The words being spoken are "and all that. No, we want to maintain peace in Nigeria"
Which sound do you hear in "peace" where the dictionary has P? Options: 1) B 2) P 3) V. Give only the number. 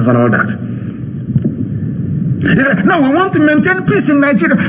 2